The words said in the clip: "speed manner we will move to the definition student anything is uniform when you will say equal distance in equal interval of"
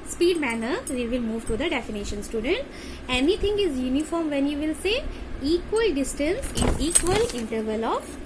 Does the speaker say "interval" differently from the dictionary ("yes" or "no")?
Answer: no